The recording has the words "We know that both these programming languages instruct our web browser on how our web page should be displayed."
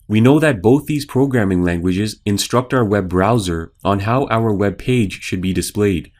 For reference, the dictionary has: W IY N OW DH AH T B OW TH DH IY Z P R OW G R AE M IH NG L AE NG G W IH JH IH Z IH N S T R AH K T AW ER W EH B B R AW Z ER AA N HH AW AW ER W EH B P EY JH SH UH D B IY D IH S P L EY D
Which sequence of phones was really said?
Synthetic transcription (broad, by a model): W IY N OW DH AH T B OW TH DH IY Z P R OW G R AE M IH NG L AE NG G W IH JH IH Z IH N S T R AH K T AW ER W EH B B R AW Z ER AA N HH AW AW ER W EH B P EY JH SH UH D B IY D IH S P L EY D